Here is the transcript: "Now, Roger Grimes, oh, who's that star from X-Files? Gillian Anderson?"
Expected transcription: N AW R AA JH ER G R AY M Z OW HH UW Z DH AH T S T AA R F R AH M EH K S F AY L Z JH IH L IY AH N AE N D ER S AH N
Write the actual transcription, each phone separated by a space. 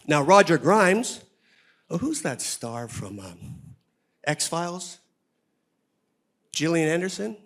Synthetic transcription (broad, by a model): N AW R AA JH ER G R AY M Z OW HH UW Z DH AH T S T AA R F R AH M EH K S F AY L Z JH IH L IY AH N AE N D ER S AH N